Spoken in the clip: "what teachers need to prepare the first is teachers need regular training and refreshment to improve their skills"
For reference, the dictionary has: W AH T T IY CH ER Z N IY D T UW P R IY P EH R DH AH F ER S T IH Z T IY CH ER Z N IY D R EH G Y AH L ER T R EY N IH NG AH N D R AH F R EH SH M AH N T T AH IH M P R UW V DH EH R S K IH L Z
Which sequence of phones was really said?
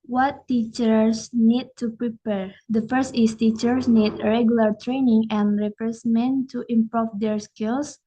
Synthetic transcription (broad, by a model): W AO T T IY CH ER S N IY D T UW P R IY P EH R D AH F ER S T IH S T IY CH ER S N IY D R EH G Y AH L ER T R EY N IH NG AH N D R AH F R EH S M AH N T T AH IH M P R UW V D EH R S K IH L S